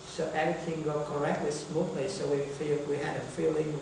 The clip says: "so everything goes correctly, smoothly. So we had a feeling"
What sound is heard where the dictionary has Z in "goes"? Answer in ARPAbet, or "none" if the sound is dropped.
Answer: none